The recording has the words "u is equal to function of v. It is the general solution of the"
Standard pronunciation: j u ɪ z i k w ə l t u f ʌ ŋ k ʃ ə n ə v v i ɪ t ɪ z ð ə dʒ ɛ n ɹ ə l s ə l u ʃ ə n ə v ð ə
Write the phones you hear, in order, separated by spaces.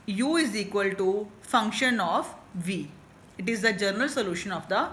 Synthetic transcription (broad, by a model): j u ɪ z i k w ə l t u f ʌ ŋ k ʃ ə n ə f v i ɪ t ɪ z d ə dʒ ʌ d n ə l s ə l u ʃ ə n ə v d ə